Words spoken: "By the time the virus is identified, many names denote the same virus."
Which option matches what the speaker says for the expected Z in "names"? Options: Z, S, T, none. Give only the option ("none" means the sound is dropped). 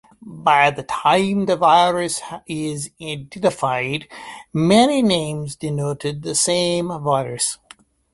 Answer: Z